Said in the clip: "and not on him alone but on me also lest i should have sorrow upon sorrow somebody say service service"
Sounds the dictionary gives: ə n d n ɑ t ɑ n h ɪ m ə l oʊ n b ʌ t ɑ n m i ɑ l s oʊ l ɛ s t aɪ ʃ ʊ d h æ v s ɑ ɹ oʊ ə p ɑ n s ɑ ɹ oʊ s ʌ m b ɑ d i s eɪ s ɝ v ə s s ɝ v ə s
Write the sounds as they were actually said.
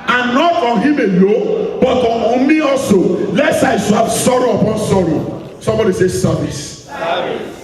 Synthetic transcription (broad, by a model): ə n n ɑ t ɑ n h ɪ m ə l oʊ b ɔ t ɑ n m i ɑ l s oʊ l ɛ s aɪ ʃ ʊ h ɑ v s ɑ ɹ oʊ ə p ɑ n s ɑ ɹ oʊ s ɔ m b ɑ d i s eɪ s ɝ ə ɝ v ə s